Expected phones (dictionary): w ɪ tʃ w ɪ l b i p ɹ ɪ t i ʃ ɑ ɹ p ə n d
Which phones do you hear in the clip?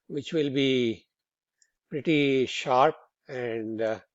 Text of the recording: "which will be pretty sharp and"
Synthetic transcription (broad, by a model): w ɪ tʃ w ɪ l b i p ɹ ɪ t i ʃ ɑ ɹ p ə n d